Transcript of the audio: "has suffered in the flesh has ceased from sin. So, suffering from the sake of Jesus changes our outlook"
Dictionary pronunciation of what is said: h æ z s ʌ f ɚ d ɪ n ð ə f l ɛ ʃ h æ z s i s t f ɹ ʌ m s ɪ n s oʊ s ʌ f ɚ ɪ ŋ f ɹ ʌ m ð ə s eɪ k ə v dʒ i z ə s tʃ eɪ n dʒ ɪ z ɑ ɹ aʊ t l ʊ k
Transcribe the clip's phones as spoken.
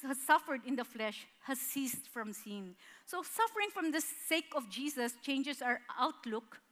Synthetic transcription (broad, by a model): h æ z s ʌ f ɚ d ɪ n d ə f l ɛ ʃ h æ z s i s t f ɹ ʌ m s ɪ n s oʊ s ʌ f ɚ ɪ ŋ f ɹ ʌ m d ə s eɪ k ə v dʒ i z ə s tʃ eɪ n dʒ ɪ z ɑ ɹ aʊ t l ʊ k